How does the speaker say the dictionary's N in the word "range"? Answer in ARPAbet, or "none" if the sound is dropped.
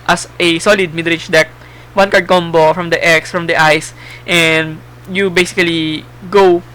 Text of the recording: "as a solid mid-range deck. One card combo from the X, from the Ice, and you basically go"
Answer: none